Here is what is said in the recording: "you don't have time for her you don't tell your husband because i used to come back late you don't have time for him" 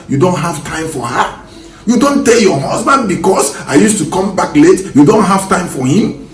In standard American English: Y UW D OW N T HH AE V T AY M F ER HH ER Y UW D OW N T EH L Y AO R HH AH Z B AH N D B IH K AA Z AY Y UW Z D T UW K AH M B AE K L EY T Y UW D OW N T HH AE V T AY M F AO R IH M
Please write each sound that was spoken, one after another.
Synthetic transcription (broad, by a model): Y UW D OW N T HH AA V T AY M F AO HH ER Y UW D OW N T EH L Y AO HH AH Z B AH N D B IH K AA S AY Y UW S T UW K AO M B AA K L EY T Y UW D OW N T HH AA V T AY M F AO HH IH M